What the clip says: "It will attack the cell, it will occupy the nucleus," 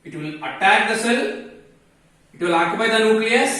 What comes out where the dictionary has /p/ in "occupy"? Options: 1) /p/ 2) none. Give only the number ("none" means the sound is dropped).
2